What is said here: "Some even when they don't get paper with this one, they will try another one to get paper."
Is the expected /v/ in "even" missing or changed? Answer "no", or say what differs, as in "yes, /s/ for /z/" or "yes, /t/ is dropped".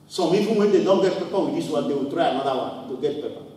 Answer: yes, /f/ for /v/